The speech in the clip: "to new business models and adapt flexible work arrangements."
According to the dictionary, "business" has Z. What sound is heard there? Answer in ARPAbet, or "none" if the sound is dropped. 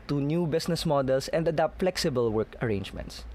S